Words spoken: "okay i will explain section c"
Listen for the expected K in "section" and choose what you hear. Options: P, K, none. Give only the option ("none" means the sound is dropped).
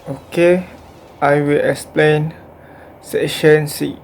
none